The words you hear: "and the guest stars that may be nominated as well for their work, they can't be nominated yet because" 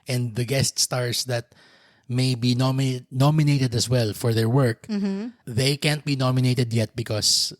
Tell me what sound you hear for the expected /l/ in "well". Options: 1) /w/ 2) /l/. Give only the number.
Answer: 2